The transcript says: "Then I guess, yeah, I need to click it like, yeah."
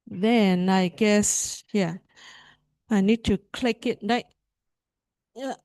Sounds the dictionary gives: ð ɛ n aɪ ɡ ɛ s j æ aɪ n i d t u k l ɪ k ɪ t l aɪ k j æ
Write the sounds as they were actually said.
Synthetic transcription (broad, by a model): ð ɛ n aɪ ɡ ɛ s j æ aɪ n i d t u k l ɪ k ɪ t n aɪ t